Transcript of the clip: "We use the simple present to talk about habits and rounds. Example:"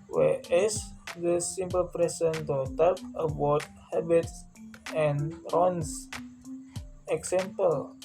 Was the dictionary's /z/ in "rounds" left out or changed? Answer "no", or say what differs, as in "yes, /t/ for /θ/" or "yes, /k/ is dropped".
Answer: yes, /s/ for /z/